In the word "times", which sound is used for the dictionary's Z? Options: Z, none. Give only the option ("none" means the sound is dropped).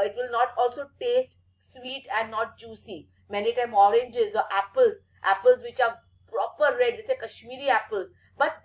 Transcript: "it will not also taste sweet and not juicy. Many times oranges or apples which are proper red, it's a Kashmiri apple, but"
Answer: none